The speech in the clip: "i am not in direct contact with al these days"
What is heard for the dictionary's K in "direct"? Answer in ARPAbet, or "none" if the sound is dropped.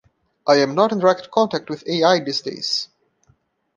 K